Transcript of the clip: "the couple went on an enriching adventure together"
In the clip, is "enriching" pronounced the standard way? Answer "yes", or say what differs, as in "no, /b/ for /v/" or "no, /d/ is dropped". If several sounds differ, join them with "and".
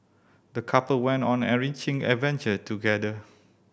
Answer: no, /n/ is dropped